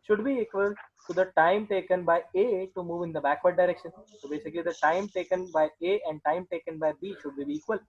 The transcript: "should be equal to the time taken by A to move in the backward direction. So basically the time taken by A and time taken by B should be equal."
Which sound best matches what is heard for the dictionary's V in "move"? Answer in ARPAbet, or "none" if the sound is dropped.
V